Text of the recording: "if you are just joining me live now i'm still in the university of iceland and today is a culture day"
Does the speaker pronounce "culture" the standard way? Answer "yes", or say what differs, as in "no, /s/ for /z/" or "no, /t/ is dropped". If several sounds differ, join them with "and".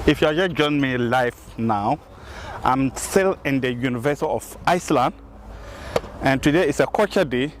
no, /l/ is dropped